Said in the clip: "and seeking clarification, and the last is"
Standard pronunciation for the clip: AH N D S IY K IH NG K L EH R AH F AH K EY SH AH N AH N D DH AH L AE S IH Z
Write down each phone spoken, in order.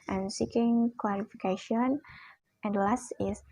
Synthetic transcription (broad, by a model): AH N S IY K IH NG K W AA L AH F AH K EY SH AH N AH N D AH L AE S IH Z